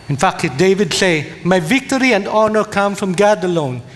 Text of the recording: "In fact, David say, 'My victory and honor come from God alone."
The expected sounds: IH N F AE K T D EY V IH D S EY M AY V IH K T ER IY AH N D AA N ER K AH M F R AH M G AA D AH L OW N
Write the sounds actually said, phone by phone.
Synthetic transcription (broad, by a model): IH N F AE K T D EY V IH D S EY M AY V IH K T ER IY AH N D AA N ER K AH M F R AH M G AA D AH L OW N